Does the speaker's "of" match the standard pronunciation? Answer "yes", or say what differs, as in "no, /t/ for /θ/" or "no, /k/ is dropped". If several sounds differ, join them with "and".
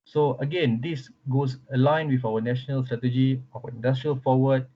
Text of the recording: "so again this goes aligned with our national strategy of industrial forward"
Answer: no, /w/ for /v/